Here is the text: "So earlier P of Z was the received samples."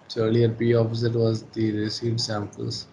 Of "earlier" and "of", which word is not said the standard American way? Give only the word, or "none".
of